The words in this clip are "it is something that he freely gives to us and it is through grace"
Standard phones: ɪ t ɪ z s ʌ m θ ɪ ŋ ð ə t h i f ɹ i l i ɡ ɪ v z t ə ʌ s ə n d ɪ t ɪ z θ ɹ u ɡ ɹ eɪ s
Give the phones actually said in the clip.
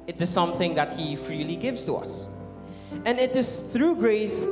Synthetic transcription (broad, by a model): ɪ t ɪ z s ʌ m θ ɪ ŋ ð ə t h i f ɹ i l i ɡ ɪ v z t ə ʌ s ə n ɪ t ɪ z θ ɹ u ɡ ɹ eɪ s